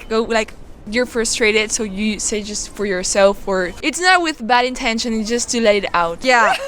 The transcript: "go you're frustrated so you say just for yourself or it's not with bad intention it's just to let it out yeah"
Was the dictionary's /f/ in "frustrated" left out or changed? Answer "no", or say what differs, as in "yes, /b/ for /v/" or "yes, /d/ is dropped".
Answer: no